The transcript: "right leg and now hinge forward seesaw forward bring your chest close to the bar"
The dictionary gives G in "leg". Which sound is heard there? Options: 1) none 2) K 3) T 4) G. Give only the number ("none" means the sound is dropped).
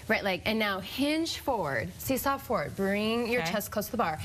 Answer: 1